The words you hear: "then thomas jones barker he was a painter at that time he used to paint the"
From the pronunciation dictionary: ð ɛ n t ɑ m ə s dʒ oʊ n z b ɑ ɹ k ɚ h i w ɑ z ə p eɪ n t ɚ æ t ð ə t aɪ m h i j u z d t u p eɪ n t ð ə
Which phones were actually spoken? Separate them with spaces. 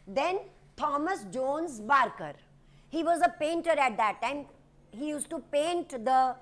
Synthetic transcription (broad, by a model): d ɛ n t ɑ m ə s dʒ oʊ n z b ɑ ɹ k ɚ h i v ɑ z ə p eɪ n t ɚ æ t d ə t aɪ m h i j u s t u p eɪ n t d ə